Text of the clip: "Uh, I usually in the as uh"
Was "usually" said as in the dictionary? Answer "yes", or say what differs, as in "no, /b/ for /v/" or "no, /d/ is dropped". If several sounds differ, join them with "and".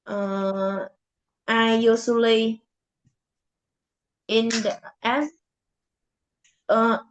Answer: no, /s/ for /ʒ/